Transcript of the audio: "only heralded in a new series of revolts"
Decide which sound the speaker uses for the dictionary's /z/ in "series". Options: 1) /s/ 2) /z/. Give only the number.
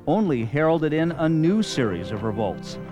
2